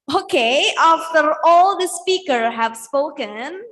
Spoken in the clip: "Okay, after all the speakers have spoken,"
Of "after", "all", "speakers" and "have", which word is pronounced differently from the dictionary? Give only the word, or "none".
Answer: speakers